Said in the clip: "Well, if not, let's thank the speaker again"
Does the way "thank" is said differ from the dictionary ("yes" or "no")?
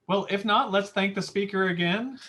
no